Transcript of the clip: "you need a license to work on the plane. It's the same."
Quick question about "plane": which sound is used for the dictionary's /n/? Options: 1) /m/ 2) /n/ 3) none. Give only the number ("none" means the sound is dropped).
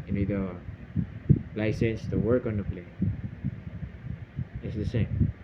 3